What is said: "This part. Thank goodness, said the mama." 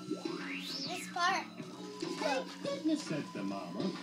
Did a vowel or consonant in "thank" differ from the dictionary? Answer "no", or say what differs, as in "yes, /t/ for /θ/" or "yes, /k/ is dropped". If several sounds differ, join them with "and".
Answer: yes, /s/ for /θ/